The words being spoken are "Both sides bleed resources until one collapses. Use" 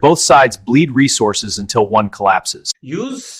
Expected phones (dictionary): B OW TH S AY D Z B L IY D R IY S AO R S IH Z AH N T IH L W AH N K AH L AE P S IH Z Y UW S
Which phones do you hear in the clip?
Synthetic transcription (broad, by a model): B OW TH S AY D Z B L IY D R IY S AO R S IH Z AH N T IH L W AH N K AH L AE P S IH Z Y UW